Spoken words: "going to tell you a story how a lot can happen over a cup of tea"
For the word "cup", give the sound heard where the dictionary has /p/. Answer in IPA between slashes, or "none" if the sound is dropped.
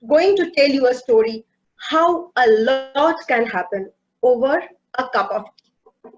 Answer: /p/